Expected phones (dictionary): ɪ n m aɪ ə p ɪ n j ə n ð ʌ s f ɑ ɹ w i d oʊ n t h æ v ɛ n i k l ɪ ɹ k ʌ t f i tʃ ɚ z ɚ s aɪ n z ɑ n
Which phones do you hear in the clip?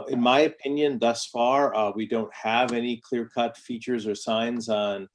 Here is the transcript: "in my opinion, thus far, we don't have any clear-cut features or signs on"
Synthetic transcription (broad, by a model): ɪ n m aɪ ə p ɪ n j ə n ð ʌ s f ɑ ɹ w i d oʊ n t h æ v ɛ n i k l ɪ ɹ k ʌ t f i tʃ ɚ z ɚ s aɪ n z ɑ n